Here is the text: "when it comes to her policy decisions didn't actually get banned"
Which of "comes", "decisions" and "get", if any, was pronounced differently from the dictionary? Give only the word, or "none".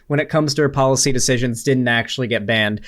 none